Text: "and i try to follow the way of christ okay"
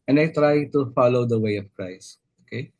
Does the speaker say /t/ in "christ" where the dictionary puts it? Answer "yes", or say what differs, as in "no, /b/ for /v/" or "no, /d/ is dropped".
no, /t/ is dropped